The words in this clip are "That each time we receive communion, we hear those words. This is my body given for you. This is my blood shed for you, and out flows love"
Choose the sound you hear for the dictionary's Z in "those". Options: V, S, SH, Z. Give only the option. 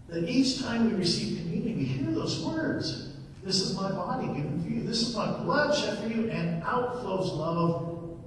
Z